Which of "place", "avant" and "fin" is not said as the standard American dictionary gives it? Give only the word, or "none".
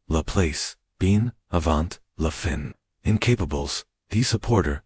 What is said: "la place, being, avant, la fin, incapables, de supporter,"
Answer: none